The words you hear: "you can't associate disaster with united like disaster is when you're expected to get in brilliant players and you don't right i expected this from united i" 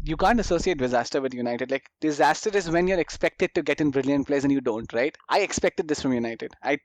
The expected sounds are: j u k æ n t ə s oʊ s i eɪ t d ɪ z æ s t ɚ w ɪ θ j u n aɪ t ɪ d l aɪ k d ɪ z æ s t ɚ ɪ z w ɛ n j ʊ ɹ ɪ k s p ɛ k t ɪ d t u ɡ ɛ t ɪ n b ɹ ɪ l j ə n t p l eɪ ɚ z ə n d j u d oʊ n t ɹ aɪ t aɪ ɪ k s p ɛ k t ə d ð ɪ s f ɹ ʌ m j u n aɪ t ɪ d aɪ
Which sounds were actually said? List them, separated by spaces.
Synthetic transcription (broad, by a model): j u k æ n t ə s oʊ s i eɪ t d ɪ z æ s t ɚ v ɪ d j u n aɪ t ɪ d l aɪ k d ɪ z æ s t ɚ ɪ z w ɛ n j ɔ ɹ ɪ k s p ɛ k t ɪ d t u ɡ ɛ t ɪ n b ɹ ɪ l j ə n t p l eɪ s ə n j u d oʊ n t ɹ aɪ t aɪ ɪ k s p ɛ k t ə d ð ɪ s f ɹ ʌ m j u n aɪ t ɪ d aɪ